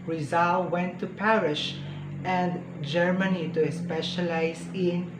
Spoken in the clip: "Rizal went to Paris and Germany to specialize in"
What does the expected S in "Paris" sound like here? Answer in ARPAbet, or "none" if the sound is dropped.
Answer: SH